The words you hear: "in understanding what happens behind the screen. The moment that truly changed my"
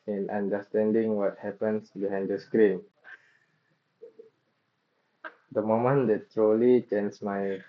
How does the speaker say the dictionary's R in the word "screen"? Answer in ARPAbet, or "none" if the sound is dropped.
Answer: R